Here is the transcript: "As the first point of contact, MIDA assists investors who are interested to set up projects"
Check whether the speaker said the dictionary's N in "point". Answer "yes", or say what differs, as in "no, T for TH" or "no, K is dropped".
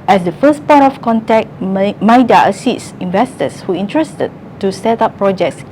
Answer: no, N is dropped